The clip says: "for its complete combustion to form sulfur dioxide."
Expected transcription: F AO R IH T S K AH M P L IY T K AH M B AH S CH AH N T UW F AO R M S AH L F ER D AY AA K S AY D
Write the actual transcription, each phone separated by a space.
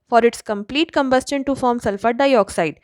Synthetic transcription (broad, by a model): F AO R IH T S K AH M P L IY T K AH M B AH S CH AH N T UW F AO R M S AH L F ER D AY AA K S AY D